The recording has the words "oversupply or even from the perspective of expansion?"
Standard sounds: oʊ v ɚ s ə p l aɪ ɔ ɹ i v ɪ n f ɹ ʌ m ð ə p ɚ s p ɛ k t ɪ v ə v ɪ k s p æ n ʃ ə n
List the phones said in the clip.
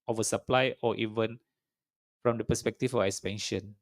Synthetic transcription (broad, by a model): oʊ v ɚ s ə p l aɪ ɔ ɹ i v ɪ n f ɹ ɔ m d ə p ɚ s p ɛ k t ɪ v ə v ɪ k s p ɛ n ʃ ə n